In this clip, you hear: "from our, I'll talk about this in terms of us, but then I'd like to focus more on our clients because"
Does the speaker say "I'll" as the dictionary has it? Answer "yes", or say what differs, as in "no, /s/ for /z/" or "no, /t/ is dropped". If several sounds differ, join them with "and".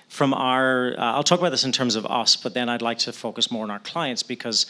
yes